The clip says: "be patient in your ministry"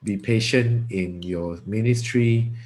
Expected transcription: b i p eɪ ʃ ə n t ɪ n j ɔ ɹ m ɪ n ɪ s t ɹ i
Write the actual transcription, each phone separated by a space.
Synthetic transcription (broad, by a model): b i p eɪ ʃ ə n t ɪ n j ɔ m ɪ n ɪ s t ɹ i